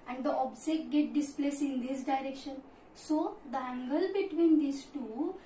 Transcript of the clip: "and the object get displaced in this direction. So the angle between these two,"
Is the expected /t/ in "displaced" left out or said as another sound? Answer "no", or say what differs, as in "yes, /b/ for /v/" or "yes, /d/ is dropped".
yes, /t/ is dropped